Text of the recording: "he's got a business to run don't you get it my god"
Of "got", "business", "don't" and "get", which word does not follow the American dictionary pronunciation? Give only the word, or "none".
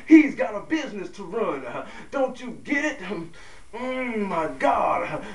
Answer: none